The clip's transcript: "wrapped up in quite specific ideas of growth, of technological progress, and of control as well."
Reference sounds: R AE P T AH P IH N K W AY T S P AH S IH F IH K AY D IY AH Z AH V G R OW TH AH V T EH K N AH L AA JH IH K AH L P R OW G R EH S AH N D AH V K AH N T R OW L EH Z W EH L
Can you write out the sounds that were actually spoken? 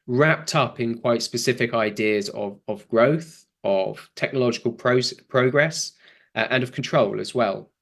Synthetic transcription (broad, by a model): R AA P T AH P IH N K W AY T S P AH S IH F IH K AY D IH AH Z AH V G R OW TH AH V T EH K N AH L AA JH IH K AH L P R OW G R EH S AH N AH V K AH N T R OW L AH Z W EH L